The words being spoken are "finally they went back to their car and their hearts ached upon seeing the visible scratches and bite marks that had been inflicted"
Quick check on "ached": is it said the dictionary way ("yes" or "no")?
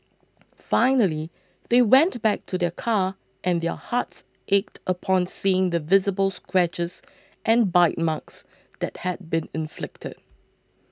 yes